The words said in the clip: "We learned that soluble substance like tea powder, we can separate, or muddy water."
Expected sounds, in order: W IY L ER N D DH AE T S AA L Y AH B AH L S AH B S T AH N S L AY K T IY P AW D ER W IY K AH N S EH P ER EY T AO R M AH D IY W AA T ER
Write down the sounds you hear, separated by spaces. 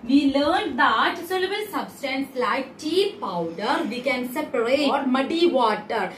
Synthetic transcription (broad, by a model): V IY L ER N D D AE T S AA L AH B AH L S AH B S T AH N S L AY K T IY P AW D ER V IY K AH N S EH P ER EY AO R M AH D IY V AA T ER